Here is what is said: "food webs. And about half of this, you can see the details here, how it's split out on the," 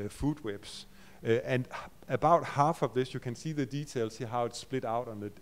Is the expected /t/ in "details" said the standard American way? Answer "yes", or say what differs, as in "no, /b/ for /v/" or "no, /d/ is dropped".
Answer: no, /s/ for /t/